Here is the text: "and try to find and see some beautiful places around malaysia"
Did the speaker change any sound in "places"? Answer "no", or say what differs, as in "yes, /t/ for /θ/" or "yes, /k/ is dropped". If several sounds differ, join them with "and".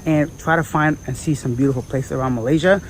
yes, /s/ is dropped and /s/ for /z/